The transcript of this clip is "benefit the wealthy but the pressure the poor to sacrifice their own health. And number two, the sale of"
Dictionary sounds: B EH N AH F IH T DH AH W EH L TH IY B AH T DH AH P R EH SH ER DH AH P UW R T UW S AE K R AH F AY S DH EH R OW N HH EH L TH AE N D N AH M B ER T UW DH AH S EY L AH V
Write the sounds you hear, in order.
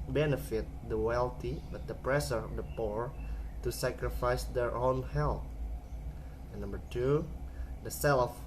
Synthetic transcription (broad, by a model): B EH N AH F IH T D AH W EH L T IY B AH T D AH P R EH S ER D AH P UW R T UW S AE K R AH F AY S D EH R OW N HH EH L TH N N AH M B ER T UW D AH S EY L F